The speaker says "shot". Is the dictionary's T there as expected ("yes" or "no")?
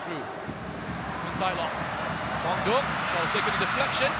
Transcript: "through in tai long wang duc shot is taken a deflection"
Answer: no